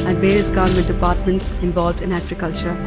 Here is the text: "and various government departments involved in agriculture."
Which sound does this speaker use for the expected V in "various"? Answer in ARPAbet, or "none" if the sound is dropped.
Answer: B